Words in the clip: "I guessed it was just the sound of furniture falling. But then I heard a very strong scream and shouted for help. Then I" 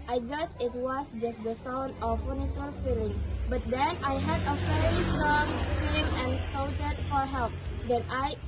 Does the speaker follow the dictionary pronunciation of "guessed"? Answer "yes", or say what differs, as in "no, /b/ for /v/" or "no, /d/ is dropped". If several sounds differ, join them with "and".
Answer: no, /t/ is dropped